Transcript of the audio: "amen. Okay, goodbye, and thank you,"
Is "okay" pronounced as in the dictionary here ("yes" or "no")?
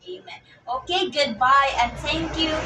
yes